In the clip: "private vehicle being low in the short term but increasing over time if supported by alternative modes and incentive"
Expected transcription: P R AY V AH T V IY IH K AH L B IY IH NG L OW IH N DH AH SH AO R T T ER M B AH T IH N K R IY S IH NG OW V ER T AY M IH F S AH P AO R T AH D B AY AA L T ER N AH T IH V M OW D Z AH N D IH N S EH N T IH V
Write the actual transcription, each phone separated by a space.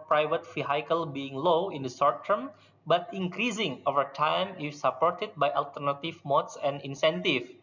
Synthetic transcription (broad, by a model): P R AY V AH T F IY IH K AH L B IY IH NG L OW IH N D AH S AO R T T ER M B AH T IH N K R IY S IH NG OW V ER T AY M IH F S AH P AO R T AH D B AY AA L T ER N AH T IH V M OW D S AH N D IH N S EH N T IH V